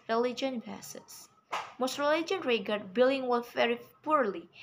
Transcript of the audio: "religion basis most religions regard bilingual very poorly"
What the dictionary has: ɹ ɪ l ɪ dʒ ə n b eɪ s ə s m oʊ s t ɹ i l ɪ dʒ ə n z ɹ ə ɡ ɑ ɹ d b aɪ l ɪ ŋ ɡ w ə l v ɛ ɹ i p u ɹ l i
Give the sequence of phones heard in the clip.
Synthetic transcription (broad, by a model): ɹ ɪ l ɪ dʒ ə n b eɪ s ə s m oʊ s t ɹ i l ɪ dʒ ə n ɹ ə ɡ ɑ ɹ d b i l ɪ ŋ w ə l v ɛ ɹ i p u ɹ l i